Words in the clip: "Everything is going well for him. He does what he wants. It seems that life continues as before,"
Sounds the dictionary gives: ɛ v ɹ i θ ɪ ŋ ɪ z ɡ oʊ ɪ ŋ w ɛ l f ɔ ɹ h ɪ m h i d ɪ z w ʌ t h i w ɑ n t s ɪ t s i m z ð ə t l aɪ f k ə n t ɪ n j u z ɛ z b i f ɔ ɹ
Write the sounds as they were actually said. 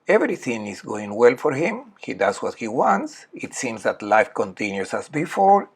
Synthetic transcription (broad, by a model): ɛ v ɹ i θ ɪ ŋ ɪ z ɡ oʊ ɪ ŋ w ɛ l f ɔ ɹ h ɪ m h i d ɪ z w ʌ t h i w ɑ n t s ɪ t s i m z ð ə t l aɪ f k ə n t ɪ n j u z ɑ s b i f ɔ ɹ